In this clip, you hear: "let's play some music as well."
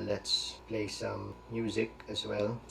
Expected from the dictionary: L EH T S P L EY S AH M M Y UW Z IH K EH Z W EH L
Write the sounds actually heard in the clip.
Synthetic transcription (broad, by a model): L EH T S P L EY S AH M M Y UW Z IH K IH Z W EH L